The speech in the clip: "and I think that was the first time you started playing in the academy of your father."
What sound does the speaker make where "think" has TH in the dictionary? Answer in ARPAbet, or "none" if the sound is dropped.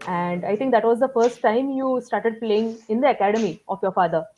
T